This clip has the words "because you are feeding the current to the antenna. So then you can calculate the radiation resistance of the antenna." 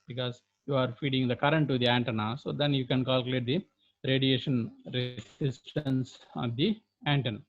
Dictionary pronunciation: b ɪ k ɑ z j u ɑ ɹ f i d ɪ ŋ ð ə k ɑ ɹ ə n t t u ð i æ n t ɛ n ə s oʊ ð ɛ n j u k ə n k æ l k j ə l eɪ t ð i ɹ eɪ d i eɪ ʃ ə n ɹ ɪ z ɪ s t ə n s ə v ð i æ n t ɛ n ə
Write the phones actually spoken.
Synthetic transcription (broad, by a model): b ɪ k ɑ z j u ɑ ɹ f i d ɪ ŋ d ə k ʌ ɹ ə n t t u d i æ n t ɛ n ə s oʊ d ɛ n j u k ə n k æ l k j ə l eɪ t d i ɹ eɪ d i eɪ ʃ ə n ɹ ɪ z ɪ s t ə n s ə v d i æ n t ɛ n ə